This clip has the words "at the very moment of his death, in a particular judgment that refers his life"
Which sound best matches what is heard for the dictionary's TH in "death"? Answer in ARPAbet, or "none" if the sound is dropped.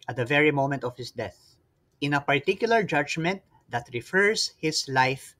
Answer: TH